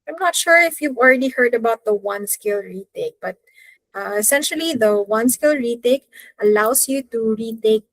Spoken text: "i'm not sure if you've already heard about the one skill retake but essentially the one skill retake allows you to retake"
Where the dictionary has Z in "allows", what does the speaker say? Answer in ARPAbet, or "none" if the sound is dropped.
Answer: S